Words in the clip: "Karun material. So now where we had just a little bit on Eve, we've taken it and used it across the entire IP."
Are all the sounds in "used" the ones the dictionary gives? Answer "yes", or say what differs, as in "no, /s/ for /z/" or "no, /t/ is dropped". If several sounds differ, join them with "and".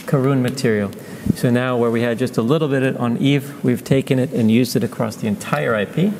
yes